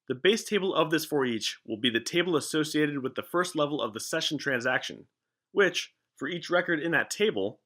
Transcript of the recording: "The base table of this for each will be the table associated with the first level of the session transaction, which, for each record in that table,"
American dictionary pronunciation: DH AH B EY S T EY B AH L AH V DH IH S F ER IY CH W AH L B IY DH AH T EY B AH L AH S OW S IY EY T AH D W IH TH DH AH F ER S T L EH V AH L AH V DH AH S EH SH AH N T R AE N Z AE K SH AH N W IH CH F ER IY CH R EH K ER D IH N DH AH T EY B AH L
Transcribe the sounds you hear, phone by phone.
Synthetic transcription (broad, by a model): DH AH B EY S T EY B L AH V DH IH S F ER IY CH W AH L B IY DH AH T EY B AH L AH S OW S IY EY T AH D W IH DH AH F ER S T L EH V L AH V DH AH S EH SH N T R AE N Z AE K SH AH N W IH CH F ER IY CH R EH K ER D IH N DH AH T EY B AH L